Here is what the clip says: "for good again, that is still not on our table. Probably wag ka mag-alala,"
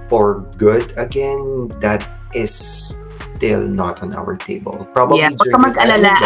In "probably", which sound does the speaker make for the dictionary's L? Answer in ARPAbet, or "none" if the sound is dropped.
none